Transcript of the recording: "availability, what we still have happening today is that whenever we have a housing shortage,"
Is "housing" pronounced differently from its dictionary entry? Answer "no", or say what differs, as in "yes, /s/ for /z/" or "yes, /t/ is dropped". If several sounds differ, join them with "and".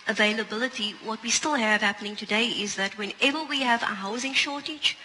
no